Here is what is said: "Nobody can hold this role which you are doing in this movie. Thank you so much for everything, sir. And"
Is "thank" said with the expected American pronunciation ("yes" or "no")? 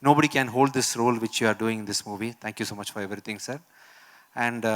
no